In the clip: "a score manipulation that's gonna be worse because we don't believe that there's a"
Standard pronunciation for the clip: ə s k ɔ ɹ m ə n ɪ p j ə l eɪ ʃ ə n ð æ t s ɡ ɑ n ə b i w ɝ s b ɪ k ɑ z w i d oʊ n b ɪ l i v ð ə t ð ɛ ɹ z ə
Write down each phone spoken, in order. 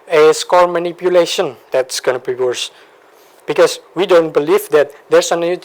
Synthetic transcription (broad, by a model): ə s k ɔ l m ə n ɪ p j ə l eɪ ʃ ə n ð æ t s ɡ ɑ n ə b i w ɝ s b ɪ k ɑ s w i d oʊ n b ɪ l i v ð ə t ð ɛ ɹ s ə